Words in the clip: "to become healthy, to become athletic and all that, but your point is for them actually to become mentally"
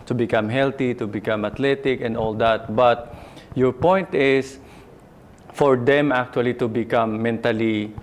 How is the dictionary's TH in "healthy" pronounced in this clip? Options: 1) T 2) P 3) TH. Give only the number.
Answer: 1